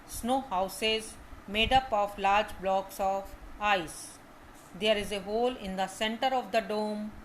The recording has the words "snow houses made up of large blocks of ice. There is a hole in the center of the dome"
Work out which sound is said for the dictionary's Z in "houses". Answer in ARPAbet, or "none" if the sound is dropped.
Z